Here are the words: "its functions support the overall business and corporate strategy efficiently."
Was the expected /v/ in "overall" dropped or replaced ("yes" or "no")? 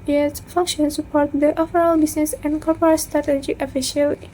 yes